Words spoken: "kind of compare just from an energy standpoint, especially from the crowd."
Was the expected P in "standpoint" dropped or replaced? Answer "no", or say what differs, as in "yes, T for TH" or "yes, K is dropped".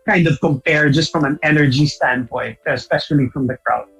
no